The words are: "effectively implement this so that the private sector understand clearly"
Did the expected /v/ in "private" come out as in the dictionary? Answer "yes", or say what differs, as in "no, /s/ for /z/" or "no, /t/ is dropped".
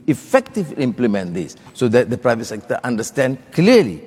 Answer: yes